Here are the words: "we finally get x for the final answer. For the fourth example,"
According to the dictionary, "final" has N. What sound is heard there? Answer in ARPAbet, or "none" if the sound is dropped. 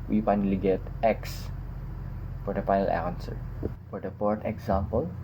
none